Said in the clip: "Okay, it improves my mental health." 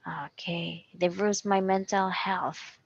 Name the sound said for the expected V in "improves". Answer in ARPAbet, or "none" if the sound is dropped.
none